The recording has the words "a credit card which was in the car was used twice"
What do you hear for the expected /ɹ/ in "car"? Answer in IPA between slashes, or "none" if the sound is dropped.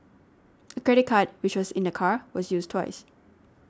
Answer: /ɹ/